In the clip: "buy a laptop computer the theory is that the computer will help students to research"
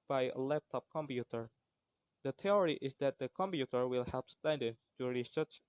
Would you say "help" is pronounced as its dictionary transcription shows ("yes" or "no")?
yes